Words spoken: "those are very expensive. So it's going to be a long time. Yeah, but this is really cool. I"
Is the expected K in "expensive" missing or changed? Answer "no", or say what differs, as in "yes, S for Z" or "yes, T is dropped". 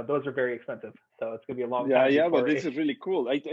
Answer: no